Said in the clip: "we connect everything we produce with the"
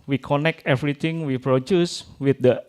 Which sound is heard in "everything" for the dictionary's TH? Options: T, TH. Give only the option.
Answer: T